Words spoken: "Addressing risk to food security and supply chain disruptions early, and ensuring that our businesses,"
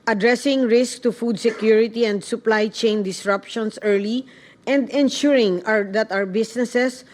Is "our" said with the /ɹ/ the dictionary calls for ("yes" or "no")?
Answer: no